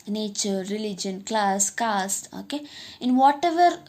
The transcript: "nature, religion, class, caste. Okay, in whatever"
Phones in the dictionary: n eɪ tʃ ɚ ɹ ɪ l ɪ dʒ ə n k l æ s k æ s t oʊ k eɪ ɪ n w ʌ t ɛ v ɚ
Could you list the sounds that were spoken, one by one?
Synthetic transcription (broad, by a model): n eɪ tʃ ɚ ɹ ɪ l ɪ dʒ ə n k l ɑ s k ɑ s oʊ k eɪ ɪ n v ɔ t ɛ v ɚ